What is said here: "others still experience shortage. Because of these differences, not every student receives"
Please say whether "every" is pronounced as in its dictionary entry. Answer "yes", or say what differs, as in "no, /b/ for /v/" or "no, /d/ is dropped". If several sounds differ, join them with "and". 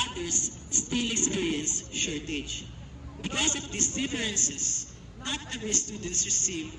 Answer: no, /ɹ/ is dropped